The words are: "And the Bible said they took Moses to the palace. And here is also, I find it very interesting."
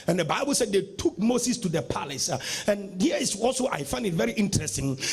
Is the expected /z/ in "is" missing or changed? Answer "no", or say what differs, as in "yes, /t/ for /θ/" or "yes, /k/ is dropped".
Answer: yes, /s/ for /z/